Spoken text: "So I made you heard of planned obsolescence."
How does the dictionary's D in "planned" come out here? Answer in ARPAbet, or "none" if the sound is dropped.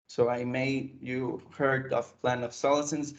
none